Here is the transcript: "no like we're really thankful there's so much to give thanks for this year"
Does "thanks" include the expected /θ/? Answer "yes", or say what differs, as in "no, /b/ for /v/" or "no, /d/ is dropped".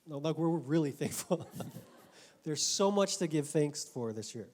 yes